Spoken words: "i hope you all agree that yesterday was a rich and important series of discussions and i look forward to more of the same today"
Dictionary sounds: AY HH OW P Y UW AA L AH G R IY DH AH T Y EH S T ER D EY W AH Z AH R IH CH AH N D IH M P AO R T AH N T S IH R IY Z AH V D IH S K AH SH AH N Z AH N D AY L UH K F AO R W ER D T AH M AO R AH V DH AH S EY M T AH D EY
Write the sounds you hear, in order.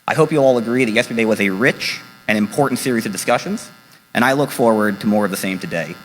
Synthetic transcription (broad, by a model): AY HH OW P Y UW AA L AH G R IY DH AH T Y EH S T ER D EY W AH Z AH R IH CH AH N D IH M P AO R T N T S IH R IY Z AH V D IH S K AH SH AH N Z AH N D AY L UH K F AO R W ER D T AH M AO R AH V DH AH S EY M T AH D EY